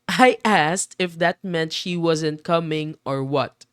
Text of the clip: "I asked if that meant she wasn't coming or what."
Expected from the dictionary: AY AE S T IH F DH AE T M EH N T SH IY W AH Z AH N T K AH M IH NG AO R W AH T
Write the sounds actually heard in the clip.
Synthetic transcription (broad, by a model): AY AE S T IH F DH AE T M EH N T SH IY W AH Z AH N T K AH M IH NG AO R W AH T